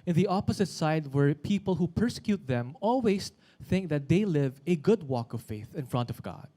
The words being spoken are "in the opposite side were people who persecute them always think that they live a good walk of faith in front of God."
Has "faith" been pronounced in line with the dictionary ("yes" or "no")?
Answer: yes